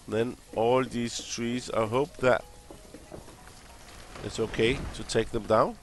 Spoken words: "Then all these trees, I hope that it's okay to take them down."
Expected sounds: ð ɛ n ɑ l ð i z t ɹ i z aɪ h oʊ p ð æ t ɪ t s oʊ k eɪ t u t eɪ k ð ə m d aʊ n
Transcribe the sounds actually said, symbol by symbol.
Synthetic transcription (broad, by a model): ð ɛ n ɑ l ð i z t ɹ i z aɪ h oʊ p ð æ t ɪ t s oʊ k eɪ t u t eɪ k ð ə m d aʊ n